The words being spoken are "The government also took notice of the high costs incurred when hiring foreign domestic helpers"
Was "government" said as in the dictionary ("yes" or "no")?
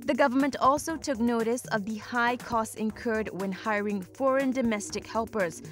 yes